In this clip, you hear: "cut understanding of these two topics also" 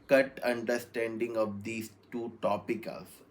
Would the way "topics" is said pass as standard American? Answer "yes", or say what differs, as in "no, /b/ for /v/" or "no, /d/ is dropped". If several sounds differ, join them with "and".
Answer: no, /s/ is dropped